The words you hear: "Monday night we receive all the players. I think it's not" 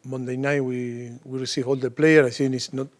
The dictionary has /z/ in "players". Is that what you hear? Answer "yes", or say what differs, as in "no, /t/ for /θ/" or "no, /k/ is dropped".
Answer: no, /z/ is dropped